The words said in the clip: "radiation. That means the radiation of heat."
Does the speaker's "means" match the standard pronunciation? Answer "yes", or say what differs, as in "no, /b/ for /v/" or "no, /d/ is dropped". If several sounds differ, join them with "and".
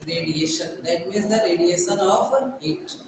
no, /n/ is dropped